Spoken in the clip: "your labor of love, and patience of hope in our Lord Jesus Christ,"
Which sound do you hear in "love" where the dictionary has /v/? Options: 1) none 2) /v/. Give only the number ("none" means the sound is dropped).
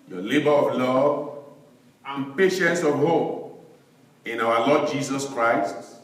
2